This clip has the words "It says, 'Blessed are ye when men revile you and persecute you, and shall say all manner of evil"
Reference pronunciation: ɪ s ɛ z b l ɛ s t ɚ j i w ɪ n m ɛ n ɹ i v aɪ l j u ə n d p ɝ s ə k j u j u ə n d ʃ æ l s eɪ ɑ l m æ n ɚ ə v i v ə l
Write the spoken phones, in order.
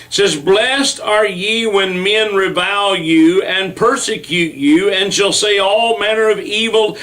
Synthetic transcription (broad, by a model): s ɛ z b l ɛ s t ɚ j i w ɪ n m ɛ n ɹ i v aɪ l j u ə n p ɝ s ə k j u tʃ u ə n ʃ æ l s eɪ ɑ l m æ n ɚ ə v i v l